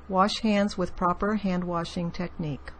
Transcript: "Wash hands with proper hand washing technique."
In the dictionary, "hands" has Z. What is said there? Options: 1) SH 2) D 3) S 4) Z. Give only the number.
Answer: 4